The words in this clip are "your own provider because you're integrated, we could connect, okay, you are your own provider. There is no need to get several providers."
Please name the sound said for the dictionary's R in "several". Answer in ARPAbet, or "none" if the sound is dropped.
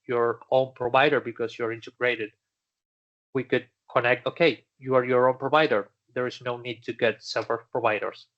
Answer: none